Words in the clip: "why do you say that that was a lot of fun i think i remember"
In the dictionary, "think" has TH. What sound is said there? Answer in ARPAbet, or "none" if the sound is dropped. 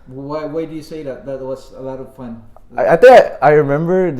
T